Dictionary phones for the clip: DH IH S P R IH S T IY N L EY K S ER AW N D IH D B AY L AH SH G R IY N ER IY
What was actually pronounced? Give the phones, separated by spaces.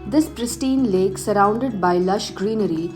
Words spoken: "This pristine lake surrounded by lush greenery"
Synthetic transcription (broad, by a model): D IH S P R IH S T IY N L EY K S ER AW N D IH D B AY L AH SH G R IY N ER IY